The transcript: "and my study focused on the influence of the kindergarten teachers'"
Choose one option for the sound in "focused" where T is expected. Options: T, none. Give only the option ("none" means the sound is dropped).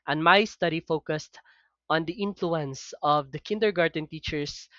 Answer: T